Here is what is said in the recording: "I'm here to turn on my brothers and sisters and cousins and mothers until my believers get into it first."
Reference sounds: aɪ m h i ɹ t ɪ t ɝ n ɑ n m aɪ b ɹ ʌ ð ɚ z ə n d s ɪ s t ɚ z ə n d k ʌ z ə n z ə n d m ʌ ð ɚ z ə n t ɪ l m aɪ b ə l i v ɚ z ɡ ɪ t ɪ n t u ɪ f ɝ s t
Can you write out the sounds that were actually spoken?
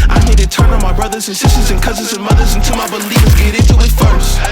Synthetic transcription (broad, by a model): aɪ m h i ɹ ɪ t ɝ n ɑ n m aɪ b ɹ ʌ ð ɚ z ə n s ɪ s t ɚ z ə n k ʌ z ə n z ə n m ʌ ð ɚ z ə n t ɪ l m aɪ b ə l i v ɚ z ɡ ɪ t ɪ n t u ɪ f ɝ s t